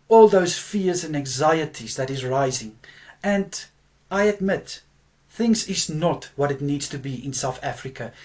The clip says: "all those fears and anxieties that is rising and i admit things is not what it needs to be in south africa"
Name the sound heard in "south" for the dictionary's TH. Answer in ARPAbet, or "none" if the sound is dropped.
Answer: TH